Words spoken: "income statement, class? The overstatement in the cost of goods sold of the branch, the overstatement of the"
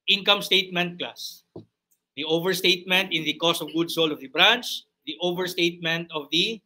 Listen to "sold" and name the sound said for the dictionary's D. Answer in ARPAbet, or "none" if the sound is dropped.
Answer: none